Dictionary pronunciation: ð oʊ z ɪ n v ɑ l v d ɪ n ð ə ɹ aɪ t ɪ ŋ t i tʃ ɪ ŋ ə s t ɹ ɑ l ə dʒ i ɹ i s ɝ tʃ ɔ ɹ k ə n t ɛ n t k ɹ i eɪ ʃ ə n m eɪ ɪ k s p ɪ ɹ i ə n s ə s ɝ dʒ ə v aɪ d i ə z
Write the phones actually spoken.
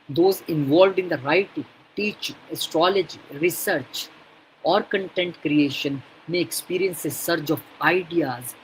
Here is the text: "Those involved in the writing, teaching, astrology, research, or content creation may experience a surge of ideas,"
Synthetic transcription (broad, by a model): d oʊ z ɪ n v ɑ l v d ɪ n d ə ɹ aɪ t ɪ ŋ t i tʃ ɪ ŋ ə s t ɹ ɑ l ə dʒ i ɹ i s ɝ tʃ ɔ ɹ k ə n t ɛ n t k ɹ i eɪ ʃ ə n m eɪ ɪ k s p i ɹ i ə n s ə s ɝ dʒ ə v aɪ d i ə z